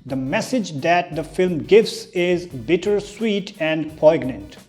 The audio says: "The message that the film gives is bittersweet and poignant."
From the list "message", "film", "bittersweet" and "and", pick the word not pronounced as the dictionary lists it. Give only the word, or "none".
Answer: none